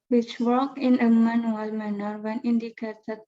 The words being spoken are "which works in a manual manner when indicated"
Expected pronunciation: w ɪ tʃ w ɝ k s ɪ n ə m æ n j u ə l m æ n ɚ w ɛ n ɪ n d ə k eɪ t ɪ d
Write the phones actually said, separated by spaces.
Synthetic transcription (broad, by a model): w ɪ tʃ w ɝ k ɪ n ə m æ n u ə l m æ n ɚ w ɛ n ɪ n d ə k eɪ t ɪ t